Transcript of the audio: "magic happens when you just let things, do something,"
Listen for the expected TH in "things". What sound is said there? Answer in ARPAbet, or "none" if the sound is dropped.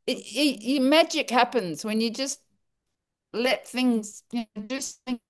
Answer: TH